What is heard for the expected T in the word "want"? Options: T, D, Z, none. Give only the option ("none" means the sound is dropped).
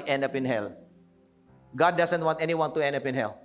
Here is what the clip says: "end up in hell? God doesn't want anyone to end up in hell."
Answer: T